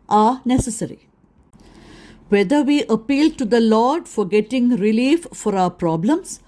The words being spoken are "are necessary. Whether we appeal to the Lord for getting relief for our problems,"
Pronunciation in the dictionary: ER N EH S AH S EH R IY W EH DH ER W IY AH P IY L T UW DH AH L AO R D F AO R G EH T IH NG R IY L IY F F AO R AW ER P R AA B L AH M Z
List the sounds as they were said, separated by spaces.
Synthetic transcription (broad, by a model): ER N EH S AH S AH R IY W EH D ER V IY AH P IY L T UW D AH L AO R D F AO R G EH T IH NG R IY L IY F F AO R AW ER P R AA B L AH M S